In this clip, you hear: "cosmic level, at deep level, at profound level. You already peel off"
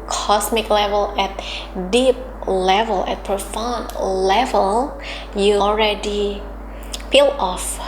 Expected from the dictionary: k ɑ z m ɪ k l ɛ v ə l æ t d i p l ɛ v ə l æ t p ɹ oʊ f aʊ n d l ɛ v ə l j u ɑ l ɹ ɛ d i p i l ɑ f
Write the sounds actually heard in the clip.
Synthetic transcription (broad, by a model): k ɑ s m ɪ k l ɛ v ə l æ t d i p l ɛ v ə l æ t p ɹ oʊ f aʊ n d l ɛ v ə l j u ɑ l ɹ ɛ d i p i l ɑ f